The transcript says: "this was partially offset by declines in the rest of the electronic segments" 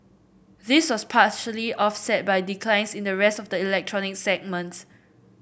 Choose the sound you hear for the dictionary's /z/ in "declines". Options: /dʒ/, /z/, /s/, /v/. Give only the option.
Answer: /s/